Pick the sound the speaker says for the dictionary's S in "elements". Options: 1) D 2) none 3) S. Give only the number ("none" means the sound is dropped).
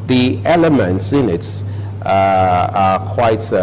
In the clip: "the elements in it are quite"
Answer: 3